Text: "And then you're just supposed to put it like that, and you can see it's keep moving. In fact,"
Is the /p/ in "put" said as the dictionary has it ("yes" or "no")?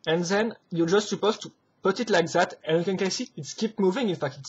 yes